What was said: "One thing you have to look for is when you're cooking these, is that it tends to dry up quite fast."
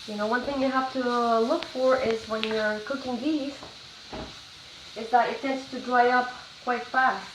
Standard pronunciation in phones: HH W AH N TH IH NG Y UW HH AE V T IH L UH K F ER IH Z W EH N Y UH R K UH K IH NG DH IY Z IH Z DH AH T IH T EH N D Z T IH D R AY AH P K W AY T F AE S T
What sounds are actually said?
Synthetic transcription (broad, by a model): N W AH N TH IH NG Y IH HH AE F T IH L UH K F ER IH Z W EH N Y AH R K UH K IH NG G IY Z IH Z DH AH T IH T EH N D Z T IH D R AY AH P K W AY T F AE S T